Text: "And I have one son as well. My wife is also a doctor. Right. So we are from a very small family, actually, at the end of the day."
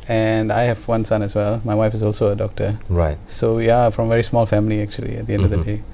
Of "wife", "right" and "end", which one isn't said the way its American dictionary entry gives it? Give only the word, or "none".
none